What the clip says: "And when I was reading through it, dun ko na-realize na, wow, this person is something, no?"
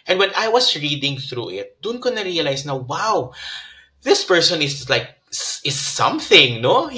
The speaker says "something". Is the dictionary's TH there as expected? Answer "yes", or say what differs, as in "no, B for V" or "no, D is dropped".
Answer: yes